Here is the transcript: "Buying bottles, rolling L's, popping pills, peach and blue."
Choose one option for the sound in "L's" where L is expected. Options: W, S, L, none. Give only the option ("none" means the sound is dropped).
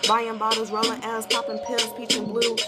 none